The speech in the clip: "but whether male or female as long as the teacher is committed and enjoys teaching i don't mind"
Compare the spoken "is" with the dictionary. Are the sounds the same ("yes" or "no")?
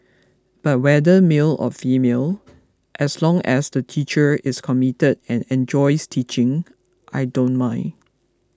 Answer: no